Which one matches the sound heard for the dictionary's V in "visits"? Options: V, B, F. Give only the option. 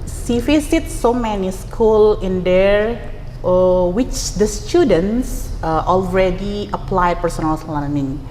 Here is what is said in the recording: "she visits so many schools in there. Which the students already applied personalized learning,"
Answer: F